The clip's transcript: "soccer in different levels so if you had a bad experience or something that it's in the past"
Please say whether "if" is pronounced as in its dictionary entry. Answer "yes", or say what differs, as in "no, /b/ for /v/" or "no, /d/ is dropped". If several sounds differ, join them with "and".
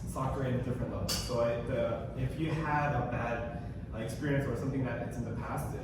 yes